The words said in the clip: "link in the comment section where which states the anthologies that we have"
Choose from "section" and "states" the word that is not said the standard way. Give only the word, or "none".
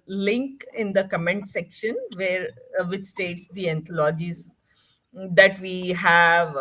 none